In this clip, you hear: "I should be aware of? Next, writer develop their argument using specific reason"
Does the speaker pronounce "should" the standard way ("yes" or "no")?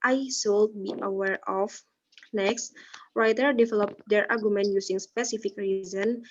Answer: no